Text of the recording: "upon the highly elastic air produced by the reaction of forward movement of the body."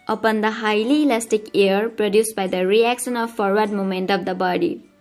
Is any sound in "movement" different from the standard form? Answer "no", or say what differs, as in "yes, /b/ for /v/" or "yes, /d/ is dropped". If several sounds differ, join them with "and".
yes, /v/ is dropped